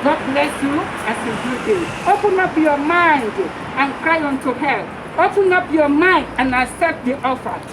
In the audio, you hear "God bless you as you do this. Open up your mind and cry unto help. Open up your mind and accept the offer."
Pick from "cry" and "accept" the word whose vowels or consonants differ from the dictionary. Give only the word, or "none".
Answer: accept